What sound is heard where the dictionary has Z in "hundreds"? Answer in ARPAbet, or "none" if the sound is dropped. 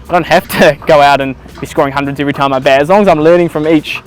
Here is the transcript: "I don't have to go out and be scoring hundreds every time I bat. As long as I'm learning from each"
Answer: Z